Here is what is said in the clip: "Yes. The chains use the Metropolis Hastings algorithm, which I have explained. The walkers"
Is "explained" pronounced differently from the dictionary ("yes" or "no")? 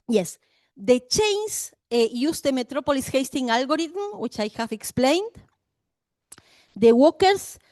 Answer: no